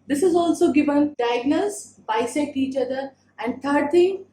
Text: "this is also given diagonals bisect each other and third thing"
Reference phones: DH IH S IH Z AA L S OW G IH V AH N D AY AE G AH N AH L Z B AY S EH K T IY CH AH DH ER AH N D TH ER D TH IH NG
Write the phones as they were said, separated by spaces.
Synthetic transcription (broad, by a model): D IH S IH Z AA L S OW G IH V AH N D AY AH G N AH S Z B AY S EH T IY CH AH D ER AH N D T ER D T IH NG